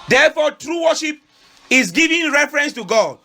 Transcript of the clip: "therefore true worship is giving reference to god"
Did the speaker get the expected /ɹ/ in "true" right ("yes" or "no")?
yes